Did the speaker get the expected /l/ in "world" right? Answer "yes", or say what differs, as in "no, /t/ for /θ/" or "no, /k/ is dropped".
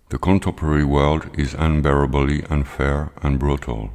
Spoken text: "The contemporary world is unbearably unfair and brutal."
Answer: yes